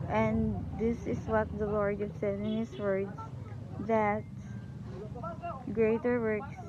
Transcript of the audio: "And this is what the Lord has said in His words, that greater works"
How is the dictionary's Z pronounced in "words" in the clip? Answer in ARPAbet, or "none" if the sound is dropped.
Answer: S